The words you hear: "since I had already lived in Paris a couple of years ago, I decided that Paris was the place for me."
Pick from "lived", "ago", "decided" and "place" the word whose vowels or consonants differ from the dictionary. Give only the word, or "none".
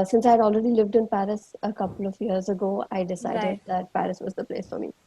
none